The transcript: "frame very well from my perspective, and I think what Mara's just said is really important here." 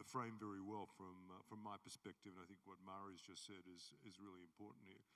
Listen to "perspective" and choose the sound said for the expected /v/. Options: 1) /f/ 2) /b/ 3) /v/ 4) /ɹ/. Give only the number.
3